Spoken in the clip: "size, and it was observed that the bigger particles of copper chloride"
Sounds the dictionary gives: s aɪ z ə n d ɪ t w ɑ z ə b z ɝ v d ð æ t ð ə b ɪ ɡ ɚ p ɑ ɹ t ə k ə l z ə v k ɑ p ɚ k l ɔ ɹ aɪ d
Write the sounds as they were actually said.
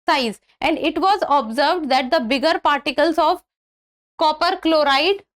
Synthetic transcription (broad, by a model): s aɪ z ə n d ɪ t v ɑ z ə b z ɝ v d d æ t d ə b ɪ ɡ ɚ p ɑ ɹ t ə k ə l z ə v k ɑ p ɚ k l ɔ ɹ aɪ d